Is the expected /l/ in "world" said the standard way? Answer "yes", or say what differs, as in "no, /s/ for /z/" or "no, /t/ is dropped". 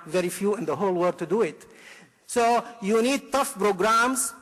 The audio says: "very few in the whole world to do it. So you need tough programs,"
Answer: no, /l/ is dropped